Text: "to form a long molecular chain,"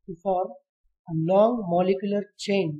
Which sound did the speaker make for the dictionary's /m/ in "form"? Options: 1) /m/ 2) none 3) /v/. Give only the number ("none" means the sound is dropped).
2